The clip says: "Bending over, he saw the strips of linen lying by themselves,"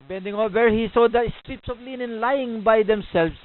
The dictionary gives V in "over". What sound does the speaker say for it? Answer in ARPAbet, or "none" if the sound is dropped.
W